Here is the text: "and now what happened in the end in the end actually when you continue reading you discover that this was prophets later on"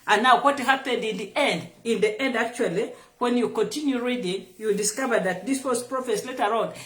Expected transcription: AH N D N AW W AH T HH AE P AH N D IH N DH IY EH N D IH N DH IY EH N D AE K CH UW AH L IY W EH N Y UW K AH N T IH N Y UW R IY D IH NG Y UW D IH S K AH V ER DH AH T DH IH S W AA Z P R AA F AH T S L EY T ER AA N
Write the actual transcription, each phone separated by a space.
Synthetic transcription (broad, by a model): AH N N AW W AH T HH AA P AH N D IH N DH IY EH N D IH N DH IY EH N D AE K CH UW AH L IY W EH N Y UW K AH N T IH N Y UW R IY D IH NG Y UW D IH S K AH V ER DH AH T DH IH S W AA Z P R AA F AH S L EY T ER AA N